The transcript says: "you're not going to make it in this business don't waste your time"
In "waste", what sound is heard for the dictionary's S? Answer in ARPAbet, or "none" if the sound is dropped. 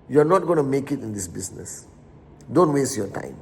S